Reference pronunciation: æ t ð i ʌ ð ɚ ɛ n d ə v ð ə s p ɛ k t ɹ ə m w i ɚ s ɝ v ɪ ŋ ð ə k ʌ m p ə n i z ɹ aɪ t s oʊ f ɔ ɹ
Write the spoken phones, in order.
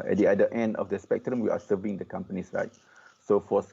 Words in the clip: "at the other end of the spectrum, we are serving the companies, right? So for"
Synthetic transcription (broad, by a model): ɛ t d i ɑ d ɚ ɛ n d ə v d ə s p ɛ k t ɹ ə m w i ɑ s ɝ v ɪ ŋ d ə k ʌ m p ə n i s ɹ aɪ t s oʊ f ɔ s